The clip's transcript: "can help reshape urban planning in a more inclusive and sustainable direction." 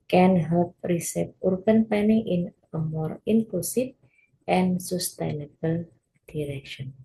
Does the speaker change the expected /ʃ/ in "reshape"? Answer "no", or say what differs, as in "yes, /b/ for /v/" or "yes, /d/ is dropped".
yes, /s/ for /ʃ/